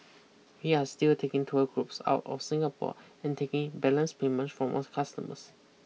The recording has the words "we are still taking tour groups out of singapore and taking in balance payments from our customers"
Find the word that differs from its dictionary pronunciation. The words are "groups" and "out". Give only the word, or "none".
none